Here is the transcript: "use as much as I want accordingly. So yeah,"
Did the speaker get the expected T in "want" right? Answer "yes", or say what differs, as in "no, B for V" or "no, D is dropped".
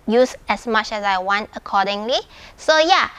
yes